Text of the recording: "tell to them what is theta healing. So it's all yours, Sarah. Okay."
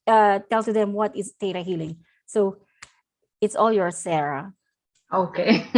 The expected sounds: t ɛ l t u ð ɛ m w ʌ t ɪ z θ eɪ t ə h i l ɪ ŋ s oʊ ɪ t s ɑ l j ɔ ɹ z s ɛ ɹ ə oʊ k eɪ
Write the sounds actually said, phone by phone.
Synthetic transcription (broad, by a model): t ɛ l s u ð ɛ m w ʌ t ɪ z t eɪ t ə h i l ɪ ŋ s oʊ ɪ t s ɑ l j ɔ ɹ s ɛ ɹ ə oʊ k eɪ